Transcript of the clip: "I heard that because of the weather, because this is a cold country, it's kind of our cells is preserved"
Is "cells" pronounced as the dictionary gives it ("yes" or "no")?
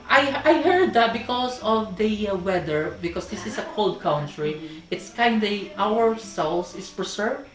no